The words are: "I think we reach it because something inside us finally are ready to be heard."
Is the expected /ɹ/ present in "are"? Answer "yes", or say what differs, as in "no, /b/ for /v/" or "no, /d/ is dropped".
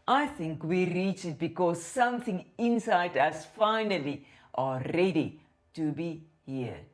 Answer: no, /l/ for /ɹ/